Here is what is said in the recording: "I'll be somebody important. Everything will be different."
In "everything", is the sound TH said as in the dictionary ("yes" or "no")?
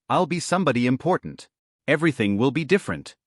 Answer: yes